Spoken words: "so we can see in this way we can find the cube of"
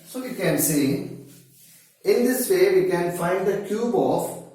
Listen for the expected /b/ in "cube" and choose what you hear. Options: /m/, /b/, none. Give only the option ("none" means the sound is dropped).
/b/